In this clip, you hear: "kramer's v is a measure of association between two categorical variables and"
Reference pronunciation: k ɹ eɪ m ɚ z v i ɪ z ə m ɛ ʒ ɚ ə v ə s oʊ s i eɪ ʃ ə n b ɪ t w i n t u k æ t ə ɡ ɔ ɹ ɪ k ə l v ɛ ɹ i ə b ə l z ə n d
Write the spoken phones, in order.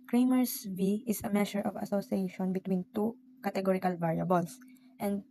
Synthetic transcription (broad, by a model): k ɹ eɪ m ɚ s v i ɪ s ə m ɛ ʃ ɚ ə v ə s oʊ s i eɪ ʃ ə n b ɪ t w i n t u k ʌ t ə ɡ ɔ ɹ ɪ k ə l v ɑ ɹ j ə b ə l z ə n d